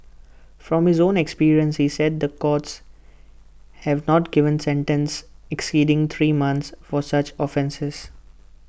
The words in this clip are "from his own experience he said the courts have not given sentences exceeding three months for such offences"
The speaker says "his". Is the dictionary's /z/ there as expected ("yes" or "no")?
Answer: yes